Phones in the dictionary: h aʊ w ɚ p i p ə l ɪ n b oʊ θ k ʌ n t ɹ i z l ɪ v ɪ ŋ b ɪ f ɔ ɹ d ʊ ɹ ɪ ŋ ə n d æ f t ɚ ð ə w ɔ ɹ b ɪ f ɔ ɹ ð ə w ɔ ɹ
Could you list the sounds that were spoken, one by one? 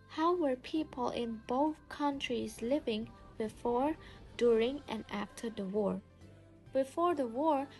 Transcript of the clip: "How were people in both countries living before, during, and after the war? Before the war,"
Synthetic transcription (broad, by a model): h aʊ w ɚ p i p ə l ɪ n b oʊ θ k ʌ n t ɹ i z l ɪ v ɪ ŋ b ɪ f ɔ ɹ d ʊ ɹ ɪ ŋ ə n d æ f t ɚ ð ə w ɔ ɹ b ɪ f ɔ ɹ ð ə w ɔ ɹ